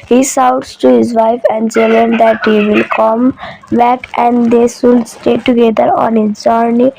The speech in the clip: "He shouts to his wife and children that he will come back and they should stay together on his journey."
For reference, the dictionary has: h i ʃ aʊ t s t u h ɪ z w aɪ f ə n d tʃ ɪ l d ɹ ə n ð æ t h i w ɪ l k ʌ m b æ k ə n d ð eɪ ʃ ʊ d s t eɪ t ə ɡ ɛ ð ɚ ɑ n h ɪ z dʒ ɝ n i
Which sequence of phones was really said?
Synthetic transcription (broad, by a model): h i s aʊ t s t u h ɪ z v aɪ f ə n d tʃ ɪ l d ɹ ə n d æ t h i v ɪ l k ʌ m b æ k ə n d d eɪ s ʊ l s t eɪ t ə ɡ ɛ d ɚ ɑ n h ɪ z dʒ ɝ n i